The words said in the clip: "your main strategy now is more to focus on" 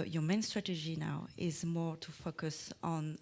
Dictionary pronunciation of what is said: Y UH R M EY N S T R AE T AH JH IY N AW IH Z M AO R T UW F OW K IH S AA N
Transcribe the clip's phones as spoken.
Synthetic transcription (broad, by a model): Y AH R M EY N S T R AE T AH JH IY N AW IH Z M AO R T UW F OW K IH S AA N